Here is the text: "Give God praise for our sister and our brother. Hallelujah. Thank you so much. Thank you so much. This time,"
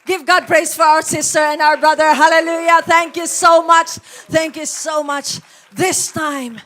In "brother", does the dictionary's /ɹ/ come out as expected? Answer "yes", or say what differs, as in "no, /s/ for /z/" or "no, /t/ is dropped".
yes